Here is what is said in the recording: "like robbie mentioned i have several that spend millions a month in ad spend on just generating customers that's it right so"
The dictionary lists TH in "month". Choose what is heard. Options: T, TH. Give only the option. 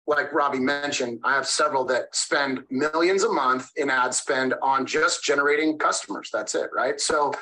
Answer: TH